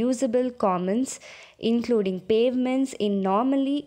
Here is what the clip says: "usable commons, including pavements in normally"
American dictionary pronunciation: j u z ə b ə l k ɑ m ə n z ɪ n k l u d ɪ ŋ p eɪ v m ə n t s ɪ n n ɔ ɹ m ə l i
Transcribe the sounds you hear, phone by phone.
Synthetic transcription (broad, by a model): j u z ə b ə l k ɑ m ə n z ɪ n k l u d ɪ ŋ p eɪ v m ə n t s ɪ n n ɔ ɹ m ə l i